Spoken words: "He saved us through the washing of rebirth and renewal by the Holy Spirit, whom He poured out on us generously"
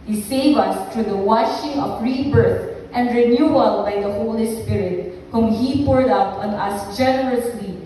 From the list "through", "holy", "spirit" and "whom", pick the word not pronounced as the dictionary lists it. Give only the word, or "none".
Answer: through